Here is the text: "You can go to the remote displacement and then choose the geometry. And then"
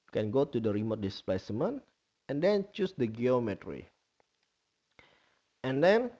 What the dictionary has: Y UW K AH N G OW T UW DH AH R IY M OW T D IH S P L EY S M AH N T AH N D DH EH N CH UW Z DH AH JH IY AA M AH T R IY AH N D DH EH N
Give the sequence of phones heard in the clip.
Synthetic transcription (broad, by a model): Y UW K AH N G OW T UW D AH R IY M OW T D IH S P EY S M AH N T AH N D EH N CH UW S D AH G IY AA M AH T R IY AH N D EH N